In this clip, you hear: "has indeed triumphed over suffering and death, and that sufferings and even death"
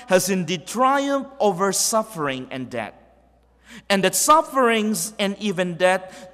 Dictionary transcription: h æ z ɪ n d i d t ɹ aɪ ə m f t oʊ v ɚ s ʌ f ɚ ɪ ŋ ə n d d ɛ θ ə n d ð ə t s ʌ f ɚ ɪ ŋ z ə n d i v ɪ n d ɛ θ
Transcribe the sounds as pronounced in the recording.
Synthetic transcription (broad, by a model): h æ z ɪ n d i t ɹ aɪ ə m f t oʊ v ɚ s ʌ f ɚ ɪ ŋ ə n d d ɛ t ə n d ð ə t s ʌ f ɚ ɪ ŋ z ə n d i v ɪ n d ɛ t